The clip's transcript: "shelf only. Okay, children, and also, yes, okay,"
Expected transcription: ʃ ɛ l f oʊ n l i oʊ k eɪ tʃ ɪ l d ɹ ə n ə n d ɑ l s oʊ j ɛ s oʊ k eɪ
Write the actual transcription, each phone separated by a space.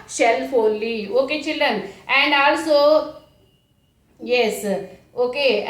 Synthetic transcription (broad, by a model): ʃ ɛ l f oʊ l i oʊ k eɪ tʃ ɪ l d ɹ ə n ə n d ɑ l s oʊ j ɛ s oʊ k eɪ